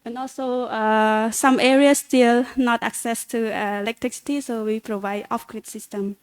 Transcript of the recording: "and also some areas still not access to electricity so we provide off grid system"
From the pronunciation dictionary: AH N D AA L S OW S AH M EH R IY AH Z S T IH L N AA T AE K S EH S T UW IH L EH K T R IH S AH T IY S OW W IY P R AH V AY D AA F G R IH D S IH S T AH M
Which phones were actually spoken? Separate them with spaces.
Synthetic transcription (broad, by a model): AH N AA L S OW S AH M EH R IY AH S T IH L N AA T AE K S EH S T UW IH L EH K T R IH S AH T IY S OW W IY P R AH V AY D AA F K R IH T S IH S T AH M